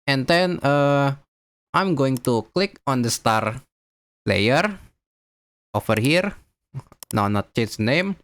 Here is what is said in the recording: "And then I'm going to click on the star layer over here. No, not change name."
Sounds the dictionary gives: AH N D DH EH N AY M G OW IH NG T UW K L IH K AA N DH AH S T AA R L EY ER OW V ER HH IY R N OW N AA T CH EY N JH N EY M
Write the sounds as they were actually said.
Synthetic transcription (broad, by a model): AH N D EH N AY M G OW IH NG T UW K L IH K AA N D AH S T AA R L EY ER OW F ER HH IY R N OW N AA T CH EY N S N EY M